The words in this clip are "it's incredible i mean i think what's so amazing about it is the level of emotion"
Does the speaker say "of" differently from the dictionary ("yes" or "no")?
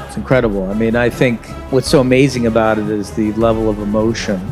no